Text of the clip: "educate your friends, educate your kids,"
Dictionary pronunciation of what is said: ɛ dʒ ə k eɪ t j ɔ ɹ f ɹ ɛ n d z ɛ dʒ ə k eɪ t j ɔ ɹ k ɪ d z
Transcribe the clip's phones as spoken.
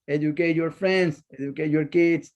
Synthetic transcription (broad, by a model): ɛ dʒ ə k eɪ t j ɔ ɹ f ɹ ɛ n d s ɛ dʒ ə k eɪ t j ɔ ɹ k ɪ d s